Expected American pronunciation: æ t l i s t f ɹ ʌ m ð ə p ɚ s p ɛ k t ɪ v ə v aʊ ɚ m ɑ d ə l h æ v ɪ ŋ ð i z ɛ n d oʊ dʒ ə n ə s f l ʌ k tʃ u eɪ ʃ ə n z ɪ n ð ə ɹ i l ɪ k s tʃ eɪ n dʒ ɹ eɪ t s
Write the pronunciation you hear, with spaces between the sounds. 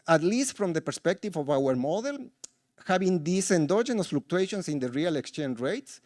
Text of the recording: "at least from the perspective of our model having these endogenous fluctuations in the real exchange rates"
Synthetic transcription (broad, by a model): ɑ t l i s t f ɹ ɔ m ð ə p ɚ s p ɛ k t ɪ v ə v aʊ ɚ m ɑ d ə l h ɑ b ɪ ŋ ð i s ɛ n d oʊ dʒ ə n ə s f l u k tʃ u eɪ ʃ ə n s ɪ n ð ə ɹ i l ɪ k s tʃ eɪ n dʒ ɹ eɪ t s